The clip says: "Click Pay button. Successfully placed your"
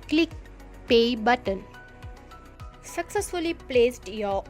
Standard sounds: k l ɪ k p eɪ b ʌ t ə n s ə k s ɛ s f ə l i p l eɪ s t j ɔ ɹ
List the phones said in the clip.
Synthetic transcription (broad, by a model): k l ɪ k p eɪ b ʌ t ə n s ə k s ɛ s f ə l i p l eɪ s t j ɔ